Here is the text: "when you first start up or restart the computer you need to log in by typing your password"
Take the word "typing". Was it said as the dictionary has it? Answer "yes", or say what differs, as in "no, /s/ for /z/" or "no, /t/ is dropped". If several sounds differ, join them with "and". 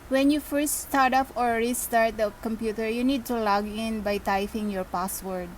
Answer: no, /f/ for /p/